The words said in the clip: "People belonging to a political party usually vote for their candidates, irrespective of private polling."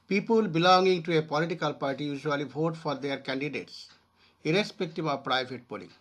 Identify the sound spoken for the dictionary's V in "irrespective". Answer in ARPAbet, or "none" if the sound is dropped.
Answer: B